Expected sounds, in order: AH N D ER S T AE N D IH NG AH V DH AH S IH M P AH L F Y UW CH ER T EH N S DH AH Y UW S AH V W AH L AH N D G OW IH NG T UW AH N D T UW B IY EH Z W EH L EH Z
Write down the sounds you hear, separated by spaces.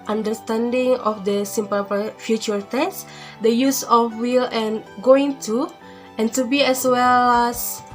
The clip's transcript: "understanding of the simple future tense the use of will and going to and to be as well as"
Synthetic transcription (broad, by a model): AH N D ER S T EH N D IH NG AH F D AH S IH M P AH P F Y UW CH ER T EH S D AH Y UW S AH F W AH L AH N G OW IH NG T UW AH N T UW B IY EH S W EH L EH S